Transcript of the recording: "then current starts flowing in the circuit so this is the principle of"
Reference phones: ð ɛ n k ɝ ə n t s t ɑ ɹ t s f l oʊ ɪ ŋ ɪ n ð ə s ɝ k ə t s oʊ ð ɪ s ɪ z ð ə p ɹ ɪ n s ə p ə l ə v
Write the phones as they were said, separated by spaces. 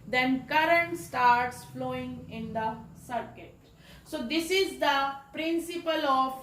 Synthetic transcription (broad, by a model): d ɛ n k ɝ ə n t s t ɑ ɹ t s f l oʊ ɪ ŋ ɪ n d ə s ɝ k ə t s oʊ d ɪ s ɪ z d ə p ɹ ɪ n s ə p ə l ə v